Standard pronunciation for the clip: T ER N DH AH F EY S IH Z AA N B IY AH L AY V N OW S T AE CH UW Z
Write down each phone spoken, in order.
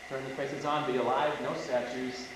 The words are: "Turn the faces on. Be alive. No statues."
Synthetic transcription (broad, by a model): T ER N DH AH P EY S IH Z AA N B IY AH L AY V N OW S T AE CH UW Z